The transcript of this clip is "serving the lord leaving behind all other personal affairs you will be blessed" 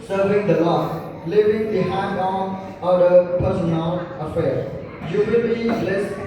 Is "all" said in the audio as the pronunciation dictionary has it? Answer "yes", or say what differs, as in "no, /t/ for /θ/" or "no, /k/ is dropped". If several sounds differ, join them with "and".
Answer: no, /n/ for /l/